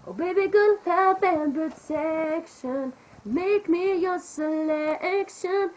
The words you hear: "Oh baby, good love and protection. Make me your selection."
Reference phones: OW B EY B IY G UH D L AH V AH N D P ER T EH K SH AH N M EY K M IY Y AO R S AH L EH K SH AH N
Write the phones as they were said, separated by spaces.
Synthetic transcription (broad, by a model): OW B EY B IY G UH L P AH P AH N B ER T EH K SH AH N M EY K M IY Y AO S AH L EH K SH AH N